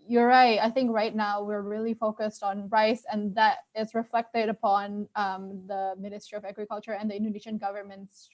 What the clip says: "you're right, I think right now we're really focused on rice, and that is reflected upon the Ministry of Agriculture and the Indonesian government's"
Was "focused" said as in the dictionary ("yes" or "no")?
yes